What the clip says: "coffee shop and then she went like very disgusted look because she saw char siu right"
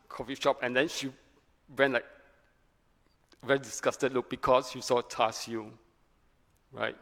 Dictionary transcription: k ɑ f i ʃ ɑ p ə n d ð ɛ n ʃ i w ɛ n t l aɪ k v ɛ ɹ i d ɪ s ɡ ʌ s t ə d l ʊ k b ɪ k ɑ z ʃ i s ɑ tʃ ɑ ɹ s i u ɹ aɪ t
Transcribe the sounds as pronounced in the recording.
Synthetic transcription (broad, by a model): k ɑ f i ʃ ɑ p ə n d ɛ n ʃ i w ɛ n l aɪ k v ɛ ɹ i d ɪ s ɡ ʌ s t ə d l ʊ k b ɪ k ɑ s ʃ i s ɑ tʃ ɑ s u ɹ aɪ t